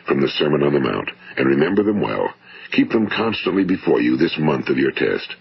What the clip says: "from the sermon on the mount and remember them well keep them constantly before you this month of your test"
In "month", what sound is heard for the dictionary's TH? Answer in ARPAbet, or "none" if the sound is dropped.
TH